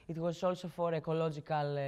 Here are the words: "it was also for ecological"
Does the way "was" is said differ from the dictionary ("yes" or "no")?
yes